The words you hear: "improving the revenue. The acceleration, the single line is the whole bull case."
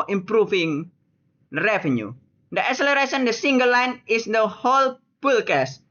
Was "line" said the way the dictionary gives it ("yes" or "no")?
yes